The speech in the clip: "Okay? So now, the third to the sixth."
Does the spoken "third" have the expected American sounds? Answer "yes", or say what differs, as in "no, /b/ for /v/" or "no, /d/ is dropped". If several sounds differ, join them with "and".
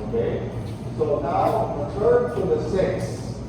no, /t/ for /θ/